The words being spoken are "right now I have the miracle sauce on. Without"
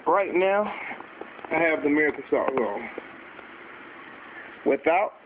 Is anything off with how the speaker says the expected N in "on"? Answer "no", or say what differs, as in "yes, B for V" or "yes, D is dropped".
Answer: yes, L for N